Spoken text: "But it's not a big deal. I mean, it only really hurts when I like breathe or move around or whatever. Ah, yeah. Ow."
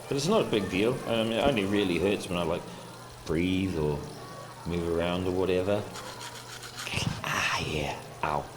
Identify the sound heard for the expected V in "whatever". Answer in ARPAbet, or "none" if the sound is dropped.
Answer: V